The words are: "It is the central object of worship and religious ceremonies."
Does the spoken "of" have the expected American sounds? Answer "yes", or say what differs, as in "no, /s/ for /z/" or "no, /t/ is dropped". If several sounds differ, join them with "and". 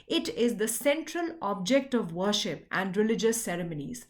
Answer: yes